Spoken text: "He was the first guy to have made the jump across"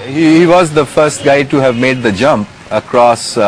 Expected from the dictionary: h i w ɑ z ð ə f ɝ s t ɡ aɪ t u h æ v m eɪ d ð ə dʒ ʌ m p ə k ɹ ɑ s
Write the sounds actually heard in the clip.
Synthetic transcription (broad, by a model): h i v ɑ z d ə f ɝ s t ɡ aɪ t u h æ v m eɪ d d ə dʒ ʌ m p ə k ɹ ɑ s